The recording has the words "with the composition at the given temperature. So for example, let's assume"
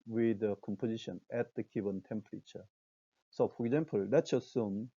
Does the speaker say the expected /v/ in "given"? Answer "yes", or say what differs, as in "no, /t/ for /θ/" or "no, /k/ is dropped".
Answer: no, /b/ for /v/